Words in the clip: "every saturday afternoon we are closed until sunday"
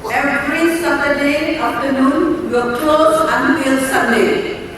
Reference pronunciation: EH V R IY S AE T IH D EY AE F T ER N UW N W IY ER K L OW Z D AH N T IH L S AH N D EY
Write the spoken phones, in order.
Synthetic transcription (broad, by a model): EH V R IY S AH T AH D EY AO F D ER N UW N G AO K L OW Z AH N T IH L S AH N D EY